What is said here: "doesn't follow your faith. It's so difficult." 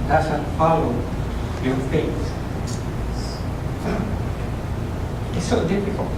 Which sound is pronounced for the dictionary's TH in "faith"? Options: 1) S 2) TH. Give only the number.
1